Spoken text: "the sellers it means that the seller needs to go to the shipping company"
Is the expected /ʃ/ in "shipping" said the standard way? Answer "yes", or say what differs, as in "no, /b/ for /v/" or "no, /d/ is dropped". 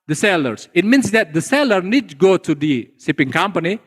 no, /s/ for /ʃ/